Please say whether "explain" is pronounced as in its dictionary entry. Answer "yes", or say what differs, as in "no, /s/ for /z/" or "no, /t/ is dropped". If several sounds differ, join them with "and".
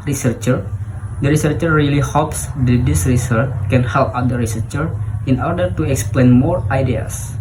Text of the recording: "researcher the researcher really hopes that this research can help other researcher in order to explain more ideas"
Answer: yes